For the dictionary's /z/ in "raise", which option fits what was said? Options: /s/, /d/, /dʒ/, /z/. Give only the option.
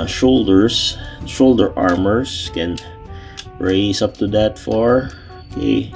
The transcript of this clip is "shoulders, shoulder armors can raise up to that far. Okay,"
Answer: /s/